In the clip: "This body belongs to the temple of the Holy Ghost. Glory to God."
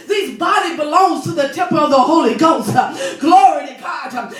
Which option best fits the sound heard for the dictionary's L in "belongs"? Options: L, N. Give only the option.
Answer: L